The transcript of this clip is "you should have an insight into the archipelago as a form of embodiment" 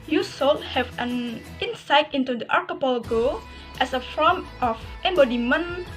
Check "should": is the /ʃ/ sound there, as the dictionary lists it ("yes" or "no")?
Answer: no